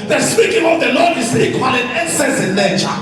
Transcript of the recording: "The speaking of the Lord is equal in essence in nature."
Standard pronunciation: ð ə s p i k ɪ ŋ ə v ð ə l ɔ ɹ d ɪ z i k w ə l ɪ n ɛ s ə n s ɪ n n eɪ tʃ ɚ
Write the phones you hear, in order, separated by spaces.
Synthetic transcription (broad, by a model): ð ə s p i k ɪ ŋ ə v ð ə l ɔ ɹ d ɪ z i k w ə l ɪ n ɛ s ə s ɪ n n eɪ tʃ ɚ